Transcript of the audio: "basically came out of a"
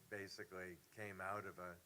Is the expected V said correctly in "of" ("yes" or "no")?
yes